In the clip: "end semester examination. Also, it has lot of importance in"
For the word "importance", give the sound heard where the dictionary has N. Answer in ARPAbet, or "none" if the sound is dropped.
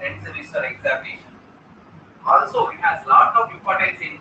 none